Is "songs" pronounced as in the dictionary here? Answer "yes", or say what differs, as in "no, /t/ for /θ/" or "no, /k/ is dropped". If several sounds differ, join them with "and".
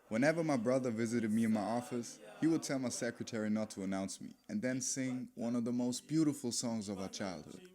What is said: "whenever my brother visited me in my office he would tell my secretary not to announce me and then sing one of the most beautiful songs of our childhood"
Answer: yes